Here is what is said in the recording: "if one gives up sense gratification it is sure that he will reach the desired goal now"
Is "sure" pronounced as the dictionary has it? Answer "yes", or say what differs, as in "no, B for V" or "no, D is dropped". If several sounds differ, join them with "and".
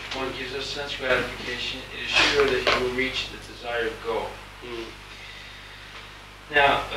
yes